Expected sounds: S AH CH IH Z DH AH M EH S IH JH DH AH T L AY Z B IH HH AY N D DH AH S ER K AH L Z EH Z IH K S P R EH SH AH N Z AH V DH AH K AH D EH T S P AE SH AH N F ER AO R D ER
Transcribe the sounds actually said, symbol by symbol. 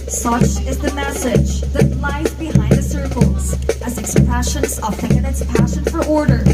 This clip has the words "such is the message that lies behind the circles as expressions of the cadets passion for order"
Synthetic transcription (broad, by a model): S AH CH IH Z DH AH M EH S IH JH DH AH T L AY Z B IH HH AY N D DH AH S ER K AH L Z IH Z IH K S P R EH SH AH N Z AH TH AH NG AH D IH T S P AE SH AH N F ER AO R D ER